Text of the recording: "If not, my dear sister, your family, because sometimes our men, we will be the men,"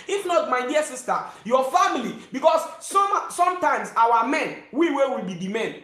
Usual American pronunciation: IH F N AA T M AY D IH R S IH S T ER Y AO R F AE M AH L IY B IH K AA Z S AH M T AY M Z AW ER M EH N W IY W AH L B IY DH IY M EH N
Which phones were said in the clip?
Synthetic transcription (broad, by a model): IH F N AA T M AY D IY S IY S T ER Y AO F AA M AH L IY B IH K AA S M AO M T AY M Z AW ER M EH N W IY W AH W B IY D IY M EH N